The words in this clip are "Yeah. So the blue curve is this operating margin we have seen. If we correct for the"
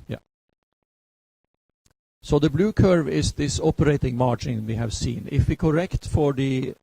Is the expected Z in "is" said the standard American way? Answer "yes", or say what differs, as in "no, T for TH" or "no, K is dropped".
no, S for Z